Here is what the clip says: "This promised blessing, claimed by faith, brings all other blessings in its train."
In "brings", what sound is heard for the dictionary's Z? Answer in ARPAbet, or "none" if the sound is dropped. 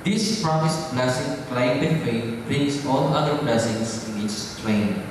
S